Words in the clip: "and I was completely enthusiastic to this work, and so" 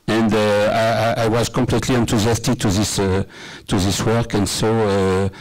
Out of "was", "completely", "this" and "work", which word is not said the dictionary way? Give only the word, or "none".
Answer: none